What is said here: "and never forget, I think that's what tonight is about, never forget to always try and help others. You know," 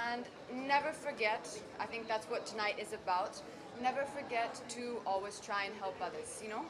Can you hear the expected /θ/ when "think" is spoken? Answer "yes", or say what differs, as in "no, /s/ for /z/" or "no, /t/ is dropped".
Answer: yes